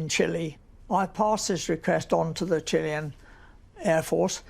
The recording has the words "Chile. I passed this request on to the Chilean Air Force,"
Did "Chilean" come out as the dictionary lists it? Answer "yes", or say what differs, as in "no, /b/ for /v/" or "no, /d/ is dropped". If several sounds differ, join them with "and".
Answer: yes